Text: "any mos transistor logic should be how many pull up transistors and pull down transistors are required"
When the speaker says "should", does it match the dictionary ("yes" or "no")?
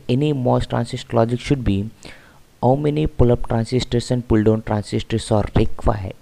yes